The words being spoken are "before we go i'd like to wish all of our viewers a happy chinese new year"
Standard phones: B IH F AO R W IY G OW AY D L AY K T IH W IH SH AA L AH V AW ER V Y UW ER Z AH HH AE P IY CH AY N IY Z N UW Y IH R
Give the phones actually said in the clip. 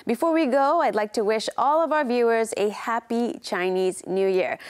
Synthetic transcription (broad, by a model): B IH F AO R W IY G OW AY D L AY K T IH W IH SH AA L AH V AW ER V Y UW ER Z AH HH AE P IY CH AY N IY Z N UW Y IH R